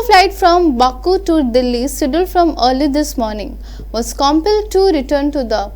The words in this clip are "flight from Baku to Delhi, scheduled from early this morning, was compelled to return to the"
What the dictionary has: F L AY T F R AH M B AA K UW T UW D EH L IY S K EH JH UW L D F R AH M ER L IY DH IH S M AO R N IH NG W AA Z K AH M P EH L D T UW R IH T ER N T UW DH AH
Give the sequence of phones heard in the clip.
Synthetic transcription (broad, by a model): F L AY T F R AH M B AA K UW T UW D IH L IY S IH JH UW L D F R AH M ER L IY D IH S M AO R N IH NG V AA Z K AH M P EH L D T UW R IH T ER N T UW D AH